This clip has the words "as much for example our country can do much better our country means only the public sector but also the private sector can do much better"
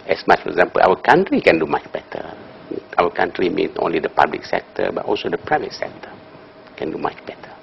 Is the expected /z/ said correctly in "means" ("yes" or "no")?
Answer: no